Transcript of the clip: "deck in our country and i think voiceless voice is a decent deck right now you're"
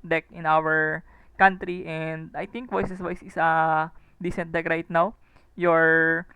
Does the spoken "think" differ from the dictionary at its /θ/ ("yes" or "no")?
yes